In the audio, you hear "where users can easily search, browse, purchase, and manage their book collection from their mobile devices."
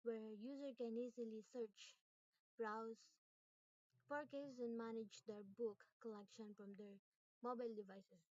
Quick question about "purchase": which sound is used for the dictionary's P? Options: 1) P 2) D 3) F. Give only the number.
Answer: 3